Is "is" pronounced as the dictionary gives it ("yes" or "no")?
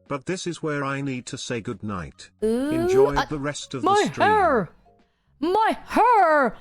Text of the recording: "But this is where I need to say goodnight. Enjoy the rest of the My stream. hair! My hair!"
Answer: yes